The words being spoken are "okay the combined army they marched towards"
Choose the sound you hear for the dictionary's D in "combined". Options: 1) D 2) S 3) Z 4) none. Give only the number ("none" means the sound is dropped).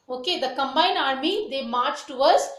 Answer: 4